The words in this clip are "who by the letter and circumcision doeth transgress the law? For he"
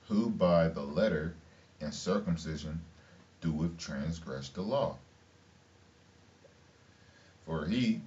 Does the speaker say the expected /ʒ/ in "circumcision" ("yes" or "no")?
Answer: yes